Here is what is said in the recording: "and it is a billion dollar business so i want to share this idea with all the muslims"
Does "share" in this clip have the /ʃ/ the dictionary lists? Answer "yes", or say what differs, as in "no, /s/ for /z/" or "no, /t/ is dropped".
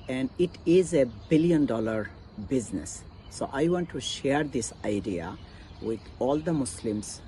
yes